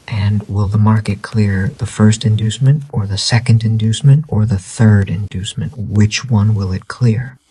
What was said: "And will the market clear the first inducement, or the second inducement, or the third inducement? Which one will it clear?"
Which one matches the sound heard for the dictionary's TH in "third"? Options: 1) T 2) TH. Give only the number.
2